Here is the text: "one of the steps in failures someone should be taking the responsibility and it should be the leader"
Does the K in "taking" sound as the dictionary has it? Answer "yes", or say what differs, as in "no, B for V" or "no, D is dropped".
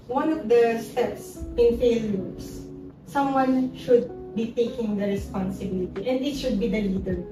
yes